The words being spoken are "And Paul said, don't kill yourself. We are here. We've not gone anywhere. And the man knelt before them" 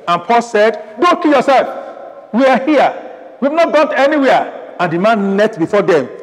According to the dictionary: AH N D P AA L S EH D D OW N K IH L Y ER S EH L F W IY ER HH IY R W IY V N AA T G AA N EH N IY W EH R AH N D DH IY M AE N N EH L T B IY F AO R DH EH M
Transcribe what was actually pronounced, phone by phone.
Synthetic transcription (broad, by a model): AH N P AA L S EH D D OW K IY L Y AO S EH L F W IY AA HH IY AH W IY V N AA T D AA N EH N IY W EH AH N D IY M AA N N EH T B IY F AO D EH M